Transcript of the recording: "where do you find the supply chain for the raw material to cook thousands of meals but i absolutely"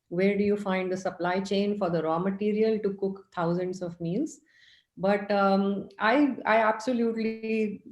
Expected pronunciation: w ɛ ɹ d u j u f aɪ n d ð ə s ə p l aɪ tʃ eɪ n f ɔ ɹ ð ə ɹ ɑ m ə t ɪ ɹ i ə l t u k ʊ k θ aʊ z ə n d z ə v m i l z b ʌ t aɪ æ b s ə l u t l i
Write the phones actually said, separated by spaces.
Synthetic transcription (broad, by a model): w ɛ ɹ d u j u f aɪ n d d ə s ə p l aɪ tʃ eɪ n f ɔ ɹ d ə ɹ ɑ m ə t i ɹ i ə l t u k ʊ k t aʊ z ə n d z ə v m i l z b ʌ t aɪ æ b s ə l u t l i